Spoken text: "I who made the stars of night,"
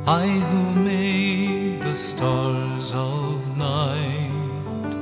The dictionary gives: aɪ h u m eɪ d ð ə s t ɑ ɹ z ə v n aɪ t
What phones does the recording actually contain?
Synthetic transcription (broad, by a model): aɪ h u m eɪ d ð ə s t ɑ ɹ z ə v n aɪ t